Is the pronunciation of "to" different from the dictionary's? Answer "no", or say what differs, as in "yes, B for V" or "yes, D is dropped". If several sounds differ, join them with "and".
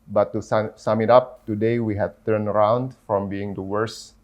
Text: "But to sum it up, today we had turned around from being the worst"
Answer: yes, S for T